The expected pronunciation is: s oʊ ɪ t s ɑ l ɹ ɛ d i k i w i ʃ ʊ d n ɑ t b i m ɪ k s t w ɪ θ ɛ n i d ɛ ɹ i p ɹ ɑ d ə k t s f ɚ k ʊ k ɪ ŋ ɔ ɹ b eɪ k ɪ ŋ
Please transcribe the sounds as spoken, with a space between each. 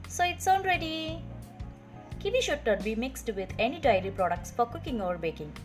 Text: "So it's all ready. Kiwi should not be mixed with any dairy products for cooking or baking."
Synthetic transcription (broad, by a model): s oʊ ɪ t s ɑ n ɹ ɛ d i k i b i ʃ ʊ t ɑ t b i m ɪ k s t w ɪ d ɛ n i d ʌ ɹ i p ɹ ɑ d ə k t s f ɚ k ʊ k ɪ ŋ ɔ ɹ b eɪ k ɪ ŋ